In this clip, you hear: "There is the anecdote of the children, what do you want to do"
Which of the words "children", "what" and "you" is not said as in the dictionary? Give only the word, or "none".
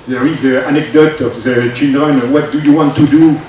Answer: children